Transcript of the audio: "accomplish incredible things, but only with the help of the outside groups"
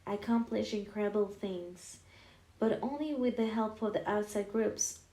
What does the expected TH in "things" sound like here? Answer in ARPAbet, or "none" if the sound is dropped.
TH